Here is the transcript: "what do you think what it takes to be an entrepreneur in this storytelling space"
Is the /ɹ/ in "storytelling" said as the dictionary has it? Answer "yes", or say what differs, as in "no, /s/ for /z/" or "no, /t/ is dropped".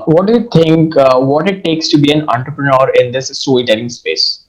no, /l/ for /ɹ/